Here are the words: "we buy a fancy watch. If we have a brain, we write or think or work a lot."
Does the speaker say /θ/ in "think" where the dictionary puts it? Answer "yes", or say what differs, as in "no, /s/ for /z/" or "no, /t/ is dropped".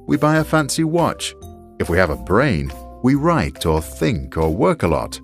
yes